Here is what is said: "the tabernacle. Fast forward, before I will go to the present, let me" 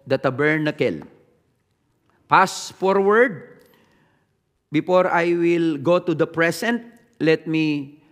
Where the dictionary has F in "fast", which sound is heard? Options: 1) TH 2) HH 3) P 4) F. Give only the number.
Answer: 3